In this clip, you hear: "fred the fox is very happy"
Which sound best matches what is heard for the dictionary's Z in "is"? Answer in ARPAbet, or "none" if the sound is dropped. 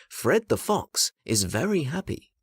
Z